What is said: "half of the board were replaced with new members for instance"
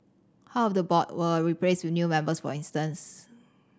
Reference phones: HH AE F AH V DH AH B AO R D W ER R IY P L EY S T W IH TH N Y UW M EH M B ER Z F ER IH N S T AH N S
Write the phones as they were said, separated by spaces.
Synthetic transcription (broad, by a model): HH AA AH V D AH B AO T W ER R IY P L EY S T W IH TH N Y UW M EH M B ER S F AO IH N S T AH N S